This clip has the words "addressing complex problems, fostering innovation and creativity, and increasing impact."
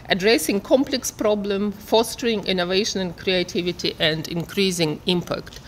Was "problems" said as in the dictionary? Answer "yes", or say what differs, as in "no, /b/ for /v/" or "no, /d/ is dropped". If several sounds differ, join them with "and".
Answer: no, /z/ is dropped